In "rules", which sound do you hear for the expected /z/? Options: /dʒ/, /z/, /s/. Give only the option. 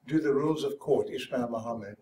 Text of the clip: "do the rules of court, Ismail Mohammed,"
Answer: /z/